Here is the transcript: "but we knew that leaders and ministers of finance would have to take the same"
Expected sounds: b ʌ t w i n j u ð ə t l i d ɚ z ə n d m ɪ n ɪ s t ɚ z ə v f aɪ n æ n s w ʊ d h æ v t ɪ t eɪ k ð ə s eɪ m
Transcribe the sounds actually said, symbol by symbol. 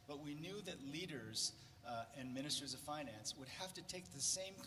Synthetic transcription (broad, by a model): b ʌ t w i n j u ð ə t l i d ɚ z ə n m ɪ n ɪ s t ɚ z ə v f aɪ n æ n s w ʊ d h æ f t ɪ t eɪ k ð ə s eɪ m